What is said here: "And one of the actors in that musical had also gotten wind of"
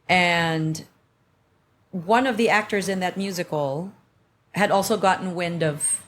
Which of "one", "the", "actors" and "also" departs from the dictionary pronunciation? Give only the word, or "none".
none